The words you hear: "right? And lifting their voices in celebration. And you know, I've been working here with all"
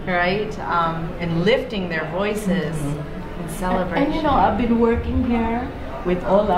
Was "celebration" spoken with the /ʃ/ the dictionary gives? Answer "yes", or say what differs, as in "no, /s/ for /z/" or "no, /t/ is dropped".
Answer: no, /ʃ/ is dropped